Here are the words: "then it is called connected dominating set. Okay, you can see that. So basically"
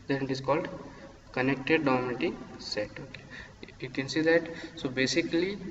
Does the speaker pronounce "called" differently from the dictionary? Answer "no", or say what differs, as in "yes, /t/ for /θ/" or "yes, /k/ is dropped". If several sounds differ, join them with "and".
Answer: no